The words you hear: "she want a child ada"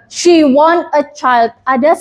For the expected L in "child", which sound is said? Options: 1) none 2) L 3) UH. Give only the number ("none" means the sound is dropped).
2